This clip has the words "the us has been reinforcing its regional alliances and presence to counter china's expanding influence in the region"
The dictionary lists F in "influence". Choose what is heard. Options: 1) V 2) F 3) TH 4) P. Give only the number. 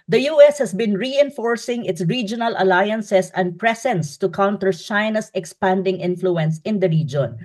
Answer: 2